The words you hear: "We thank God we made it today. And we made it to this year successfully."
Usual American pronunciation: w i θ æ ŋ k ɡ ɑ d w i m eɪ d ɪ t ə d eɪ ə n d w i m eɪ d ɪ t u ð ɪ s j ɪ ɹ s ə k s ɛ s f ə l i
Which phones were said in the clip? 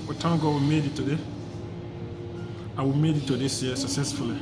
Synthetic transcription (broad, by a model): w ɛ t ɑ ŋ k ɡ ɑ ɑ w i m eɪ d ɪ t ə d eɪ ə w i m eɪ d ɪ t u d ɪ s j s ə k s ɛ s f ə l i